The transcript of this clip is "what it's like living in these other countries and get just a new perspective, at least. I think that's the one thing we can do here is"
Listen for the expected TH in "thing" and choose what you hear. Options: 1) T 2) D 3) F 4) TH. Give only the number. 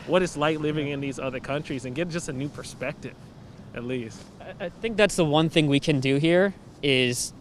4